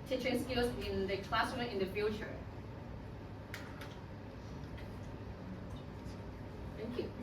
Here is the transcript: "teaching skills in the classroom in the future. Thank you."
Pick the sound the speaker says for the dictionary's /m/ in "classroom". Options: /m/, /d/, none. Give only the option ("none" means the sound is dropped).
none